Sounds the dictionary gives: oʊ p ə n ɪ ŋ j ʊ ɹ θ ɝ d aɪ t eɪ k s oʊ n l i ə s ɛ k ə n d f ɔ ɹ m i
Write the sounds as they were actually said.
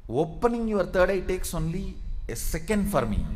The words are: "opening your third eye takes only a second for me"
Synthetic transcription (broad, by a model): oʊ p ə n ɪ ŋ j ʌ ɹ t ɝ d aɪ t eɪ k s oʊ n l i ə s ɛ k ə n d f ɔ ɹ m i